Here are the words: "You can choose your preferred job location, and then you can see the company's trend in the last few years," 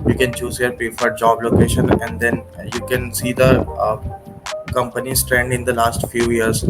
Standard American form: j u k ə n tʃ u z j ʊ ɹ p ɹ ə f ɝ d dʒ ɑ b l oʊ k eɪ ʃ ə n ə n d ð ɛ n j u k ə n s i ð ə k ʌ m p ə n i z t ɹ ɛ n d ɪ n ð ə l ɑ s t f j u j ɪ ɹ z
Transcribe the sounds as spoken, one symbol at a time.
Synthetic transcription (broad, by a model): j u k ə n tʃ u z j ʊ ɹ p ə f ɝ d dʒ ɑ b l oʊ k eɪ ʃ ə n ə n d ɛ n j u k ə n s i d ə k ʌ m p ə n i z t ɹ ɛ n d ɪ n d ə l ɑ s t f j u j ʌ ɹ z